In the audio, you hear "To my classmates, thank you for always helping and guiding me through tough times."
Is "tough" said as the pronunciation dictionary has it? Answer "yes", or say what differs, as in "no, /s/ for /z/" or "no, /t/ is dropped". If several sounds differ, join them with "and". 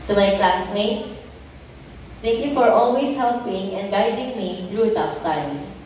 yes